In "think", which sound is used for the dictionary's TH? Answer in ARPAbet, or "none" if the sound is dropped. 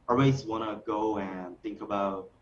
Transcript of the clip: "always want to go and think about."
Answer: TH